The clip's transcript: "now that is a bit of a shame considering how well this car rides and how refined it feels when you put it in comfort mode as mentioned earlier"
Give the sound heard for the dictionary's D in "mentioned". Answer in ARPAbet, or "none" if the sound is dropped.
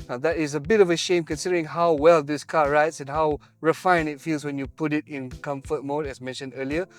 D